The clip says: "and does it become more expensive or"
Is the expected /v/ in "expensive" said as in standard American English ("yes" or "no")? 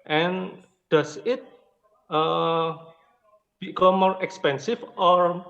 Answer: no